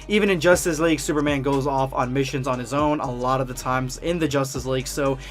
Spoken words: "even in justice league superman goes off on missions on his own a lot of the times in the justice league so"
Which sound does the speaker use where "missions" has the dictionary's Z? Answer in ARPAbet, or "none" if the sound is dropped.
Z